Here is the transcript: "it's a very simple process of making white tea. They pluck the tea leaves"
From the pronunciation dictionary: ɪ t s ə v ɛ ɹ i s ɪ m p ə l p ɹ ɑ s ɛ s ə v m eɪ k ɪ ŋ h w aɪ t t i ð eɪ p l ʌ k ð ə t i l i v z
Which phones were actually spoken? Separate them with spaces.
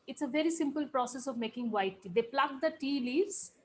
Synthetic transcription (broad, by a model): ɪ t s ə v ɛ ɹ i s ɪ m p ə l p ɹ ɑ s ɛ s ə v m eɪ k ɪ ŋ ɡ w aɪ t t i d eɪ p l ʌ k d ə t i l i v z